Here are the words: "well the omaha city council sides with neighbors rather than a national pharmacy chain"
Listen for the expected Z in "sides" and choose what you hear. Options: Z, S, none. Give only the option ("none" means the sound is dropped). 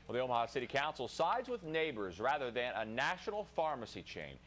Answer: Z